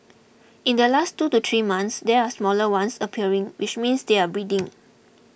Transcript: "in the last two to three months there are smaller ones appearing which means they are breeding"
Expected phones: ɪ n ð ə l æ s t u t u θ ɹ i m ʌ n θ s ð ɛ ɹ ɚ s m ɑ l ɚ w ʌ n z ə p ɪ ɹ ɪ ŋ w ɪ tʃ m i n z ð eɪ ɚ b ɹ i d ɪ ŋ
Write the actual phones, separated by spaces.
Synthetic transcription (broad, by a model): ɪ n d ə l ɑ s t u t u t ɹ i m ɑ n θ s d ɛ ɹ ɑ s m ɑ l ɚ w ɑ n s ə p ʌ ɹ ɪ ŋ w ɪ tʃ m i n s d eɪ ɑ b ɹ i d ɪ ŋ